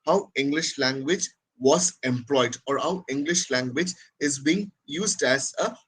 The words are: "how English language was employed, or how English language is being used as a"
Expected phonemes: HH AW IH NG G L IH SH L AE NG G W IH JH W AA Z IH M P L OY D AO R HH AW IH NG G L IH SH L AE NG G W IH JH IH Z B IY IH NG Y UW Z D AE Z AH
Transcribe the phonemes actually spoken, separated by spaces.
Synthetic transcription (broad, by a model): HH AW IH NG G L IH SH L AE NG G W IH JH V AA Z IH M P L OY D AO R HH AW IH NG G L IH SH L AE NG G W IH JH IH Z B IY IH NG Y UW Z D AE Z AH